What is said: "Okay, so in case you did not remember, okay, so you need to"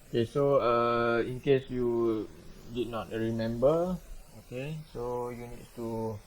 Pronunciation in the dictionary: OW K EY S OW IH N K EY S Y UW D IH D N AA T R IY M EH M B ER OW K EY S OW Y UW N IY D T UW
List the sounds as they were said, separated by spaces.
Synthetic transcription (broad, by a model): OW K EY S OW IH N K EY S Y UW D IH D N AA T R IY M EH M B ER OW K EY S OW Y UW N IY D T UW